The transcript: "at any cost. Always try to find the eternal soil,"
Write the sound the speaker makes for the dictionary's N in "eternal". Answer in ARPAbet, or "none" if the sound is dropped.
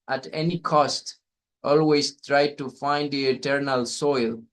N